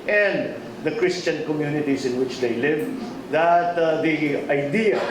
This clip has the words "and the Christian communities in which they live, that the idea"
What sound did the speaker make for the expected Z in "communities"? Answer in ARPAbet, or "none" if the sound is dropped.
S